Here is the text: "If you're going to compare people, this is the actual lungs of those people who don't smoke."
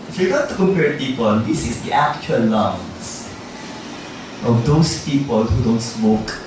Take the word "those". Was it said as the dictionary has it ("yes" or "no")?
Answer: no